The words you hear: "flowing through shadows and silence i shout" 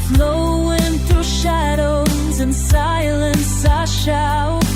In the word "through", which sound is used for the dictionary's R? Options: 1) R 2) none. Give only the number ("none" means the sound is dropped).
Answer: 2